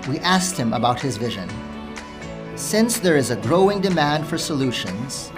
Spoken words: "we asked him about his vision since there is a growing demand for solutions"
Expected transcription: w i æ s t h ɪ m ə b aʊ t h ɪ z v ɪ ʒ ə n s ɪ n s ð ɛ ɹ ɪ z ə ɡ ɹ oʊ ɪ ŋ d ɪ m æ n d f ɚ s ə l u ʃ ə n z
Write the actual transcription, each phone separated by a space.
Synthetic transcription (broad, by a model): w i æ s t h ɪ m ə b aʊ t h ɪ z v ɪ ʒ ə n s ɪ n s ð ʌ ɹ ɪ z ə ɡ ɹ oʊ ɪ ŋ d ɪ m æ n d f ɚ s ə l u ʃ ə n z